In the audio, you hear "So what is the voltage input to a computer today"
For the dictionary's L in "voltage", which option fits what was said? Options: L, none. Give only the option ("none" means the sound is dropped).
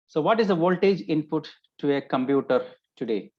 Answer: L